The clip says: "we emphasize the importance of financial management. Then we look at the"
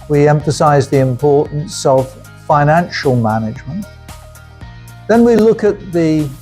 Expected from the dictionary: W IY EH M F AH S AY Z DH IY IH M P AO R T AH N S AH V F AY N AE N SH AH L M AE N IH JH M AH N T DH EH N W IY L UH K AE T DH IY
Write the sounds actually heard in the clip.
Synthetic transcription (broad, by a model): W IY EH M F AH S AY Z DH IY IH M P AO R T N S AH V F AY N AE N SH AH L M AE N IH JH M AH N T DH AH N W IY L UH K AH T DH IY